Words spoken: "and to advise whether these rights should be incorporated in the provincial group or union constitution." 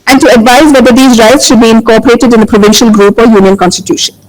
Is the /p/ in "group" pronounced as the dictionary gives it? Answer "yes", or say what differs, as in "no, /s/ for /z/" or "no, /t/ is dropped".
yes